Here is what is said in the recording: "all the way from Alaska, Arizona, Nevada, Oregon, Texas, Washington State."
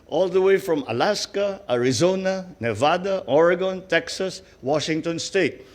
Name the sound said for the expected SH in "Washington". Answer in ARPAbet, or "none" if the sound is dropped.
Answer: SH